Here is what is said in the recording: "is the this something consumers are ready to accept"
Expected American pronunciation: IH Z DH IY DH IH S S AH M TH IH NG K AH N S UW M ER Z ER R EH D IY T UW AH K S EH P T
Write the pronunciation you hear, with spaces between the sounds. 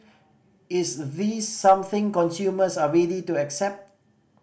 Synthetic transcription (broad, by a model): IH S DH IY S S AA M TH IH NG K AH N S UW M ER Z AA R EH D IY T UW AH K S EH P T